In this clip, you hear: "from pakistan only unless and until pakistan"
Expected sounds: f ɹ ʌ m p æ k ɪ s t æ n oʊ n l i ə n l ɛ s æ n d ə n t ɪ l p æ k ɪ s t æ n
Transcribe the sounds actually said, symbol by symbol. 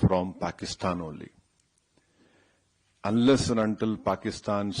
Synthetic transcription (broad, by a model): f ɹ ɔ m p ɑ k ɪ s t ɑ n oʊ l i ə n l ɛ s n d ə n t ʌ l p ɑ k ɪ s t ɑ n